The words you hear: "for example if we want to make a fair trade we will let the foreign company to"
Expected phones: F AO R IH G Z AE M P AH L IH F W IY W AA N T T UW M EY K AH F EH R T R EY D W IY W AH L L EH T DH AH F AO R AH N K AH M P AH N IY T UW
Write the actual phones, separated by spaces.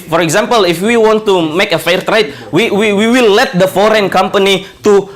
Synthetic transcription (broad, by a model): F AO R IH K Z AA M P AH L IH F W IY W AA N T T UW M EY K AH F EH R T R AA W W IY W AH W L EH T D AH F AO R AH N K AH M P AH N IY T UW